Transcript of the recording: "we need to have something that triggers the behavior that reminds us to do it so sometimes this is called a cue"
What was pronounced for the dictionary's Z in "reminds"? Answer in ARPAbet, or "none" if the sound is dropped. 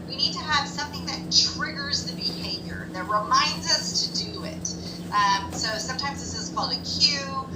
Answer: Z